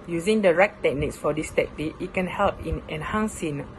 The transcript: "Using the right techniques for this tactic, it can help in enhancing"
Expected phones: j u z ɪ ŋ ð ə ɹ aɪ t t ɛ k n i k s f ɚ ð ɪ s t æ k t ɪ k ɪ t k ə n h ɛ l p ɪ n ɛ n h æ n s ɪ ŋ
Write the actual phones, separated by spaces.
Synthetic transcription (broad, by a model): j u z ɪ ŋ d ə ɹ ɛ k t ɛ k n i k s f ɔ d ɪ s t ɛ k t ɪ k ɪ t k ə n h ɛ l p ɪ n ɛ n h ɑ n s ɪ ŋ